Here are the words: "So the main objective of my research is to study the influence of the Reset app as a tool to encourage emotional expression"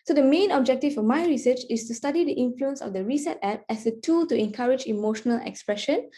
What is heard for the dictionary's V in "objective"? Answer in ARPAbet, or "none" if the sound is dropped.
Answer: F